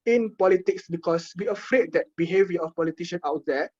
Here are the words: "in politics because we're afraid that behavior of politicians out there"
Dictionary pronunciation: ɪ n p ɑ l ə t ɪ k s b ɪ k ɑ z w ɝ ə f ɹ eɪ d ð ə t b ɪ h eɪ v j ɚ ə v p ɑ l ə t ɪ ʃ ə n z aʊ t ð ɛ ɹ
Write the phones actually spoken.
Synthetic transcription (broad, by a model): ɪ n p ɑ l ə t ɪ k s b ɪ k ɑ s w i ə f ɹ eɪ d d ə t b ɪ h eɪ v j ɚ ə f p ɑ l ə t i ʃ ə n aʊ t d ɛ